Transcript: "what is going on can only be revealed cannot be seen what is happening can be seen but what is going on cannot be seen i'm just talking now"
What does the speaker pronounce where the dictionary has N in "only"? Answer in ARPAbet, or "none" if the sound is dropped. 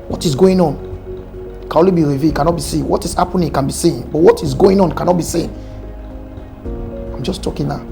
none